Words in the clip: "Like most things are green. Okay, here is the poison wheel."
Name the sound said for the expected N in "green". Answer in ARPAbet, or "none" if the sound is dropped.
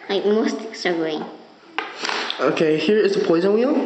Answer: none